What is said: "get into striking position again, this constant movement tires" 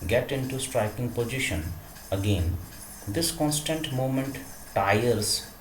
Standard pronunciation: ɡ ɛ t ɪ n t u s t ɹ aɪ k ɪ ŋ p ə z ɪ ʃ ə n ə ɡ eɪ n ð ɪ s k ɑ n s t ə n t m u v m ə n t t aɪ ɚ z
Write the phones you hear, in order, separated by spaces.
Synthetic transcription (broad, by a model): ɡ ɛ t ɪ n t u s t ɹ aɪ k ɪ ŋ p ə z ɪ ʃ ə n ə ɡ eɪ n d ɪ s k ɑ n s t ə n t m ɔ m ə n t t aɪ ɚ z